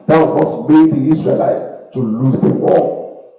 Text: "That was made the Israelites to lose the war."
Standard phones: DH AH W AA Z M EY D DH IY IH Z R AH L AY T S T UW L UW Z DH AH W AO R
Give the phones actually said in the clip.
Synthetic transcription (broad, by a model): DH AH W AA S M EY D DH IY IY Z R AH L AY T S T UW L UW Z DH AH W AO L